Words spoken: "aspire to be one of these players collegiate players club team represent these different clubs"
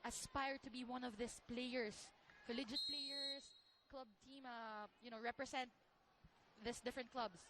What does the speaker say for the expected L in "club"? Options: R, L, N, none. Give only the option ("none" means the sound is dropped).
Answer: L